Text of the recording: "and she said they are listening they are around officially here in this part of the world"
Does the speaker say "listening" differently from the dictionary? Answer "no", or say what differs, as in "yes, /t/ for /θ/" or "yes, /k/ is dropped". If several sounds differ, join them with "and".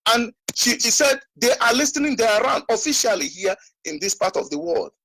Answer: no